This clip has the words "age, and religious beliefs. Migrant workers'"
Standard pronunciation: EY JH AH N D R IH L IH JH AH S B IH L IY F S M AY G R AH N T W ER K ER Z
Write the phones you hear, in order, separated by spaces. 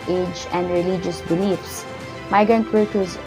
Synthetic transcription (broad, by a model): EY JH AH N D R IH L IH JH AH S B IH L IY F S M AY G AH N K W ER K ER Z